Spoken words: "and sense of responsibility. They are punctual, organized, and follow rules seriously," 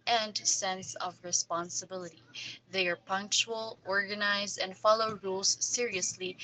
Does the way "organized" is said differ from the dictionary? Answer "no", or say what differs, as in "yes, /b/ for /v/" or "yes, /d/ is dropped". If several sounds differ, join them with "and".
yes, /d/ is dropped